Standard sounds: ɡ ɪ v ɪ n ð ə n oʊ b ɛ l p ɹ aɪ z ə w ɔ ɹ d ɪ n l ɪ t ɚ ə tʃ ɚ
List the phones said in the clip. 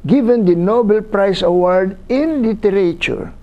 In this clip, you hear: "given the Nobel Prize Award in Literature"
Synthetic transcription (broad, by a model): ɡ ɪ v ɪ n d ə n oʊ b ɛ l p ɹ aɪ s ə w ɔ ɹ d ɪ n l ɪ t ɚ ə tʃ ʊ